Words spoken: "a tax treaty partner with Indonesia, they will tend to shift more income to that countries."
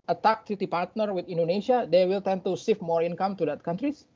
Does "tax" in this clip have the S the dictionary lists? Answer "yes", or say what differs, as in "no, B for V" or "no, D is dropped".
no, S is dropped